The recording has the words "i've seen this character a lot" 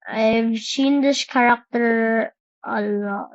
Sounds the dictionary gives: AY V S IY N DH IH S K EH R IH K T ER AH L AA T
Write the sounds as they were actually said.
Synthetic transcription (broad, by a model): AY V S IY N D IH SH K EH R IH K T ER AH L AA